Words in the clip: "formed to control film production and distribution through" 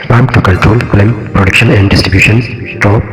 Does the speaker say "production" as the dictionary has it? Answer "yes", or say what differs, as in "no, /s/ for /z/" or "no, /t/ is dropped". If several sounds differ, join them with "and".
yes